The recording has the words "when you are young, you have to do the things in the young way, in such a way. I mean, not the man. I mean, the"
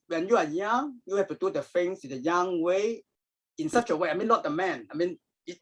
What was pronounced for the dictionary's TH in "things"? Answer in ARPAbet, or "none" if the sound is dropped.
F